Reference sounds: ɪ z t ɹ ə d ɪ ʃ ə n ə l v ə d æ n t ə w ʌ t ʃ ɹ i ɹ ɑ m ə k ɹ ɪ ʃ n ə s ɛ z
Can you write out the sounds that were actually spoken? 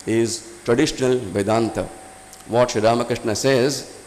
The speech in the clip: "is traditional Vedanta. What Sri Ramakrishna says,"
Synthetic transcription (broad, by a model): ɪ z t ɹ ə d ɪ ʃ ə n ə l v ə d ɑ n t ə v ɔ t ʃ i ɹ ɑ m ə k ɹ ɪ ʃ n ə s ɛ z